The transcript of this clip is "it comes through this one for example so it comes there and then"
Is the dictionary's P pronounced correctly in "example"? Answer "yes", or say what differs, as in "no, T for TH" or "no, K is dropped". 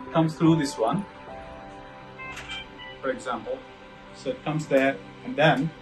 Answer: yes